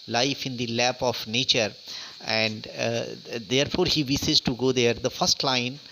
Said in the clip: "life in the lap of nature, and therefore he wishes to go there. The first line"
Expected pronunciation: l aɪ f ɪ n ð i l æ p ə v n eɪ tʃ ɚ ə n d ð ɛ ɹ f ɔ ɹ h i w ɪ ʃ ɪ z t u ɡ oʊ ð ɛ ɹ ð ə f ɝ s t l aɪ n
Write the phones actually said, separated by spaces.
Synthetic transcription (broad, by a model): l aɪ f ɪ n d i l æ p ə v n eɪ tʃ ɚ ə n d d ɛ ɹ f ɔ ɹ h i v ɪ s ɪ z t u ɡ oʊ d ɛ ɹ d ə f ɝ s t l aɪ n